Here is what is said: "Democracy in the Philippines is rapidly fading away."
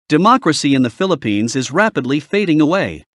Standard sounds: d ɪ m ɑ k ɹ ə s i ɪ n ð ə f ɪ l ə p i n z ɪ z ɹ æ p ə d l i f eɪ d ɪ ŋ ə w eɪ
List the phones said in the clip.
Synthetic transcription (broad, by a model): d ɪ m ɑ k ɹ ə s i ɪ n ð ə f ɪ l ə p i n z ɪ z ɹ æ p ə d l i f eɪ d ɪ ŋ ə w eɪ